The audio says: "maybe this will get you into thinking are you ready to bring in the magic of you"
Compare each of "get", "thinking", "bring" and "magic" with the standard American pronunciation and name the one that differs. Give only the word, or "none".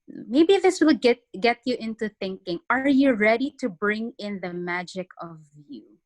none